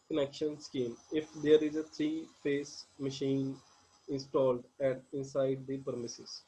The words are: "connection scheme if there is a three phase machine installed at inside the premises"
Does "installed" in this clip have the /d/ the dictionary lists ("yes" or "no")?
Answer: yes